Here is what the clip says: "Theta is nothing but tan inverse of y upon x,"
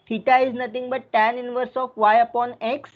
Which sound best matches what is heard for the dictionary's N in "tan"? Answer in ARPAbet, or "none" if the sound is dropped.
N